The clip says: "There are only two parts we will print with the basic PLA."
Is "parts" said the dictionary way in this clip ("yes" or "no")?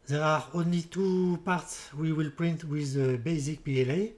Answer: yes